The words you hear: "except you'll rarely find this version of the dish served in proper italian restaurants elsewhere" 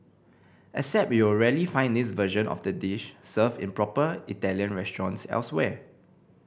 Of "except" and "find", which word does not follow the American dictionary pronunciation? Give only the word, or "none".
except